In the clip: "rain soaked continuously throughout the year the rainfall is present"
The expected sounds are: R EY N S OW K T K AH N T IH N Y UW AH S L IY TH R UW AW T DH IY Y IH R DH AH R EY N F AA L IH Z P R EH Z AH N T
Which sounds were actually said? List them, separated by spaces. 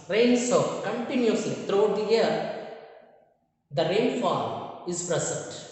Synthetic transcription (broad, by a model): R EY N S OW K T K AH N T IH N Y UW AH S L IY T R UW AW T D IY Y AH R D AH R EY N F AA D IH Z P R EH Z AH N T